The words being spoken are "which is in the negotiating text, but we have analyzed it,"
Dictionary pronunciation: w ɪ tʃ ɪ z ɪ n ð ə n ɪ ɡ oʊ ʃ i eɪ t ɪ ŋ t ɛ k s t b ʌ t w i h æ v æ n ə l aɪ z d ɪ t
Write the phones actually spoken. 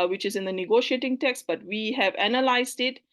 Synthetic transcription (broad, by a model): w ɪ tʃ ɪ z ɪ n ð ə n ɪ ɡ oʊ ʃ i eɪ t ɪ ŋ t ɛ k s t b ʌ t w i h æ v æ n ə l aɪ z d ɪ t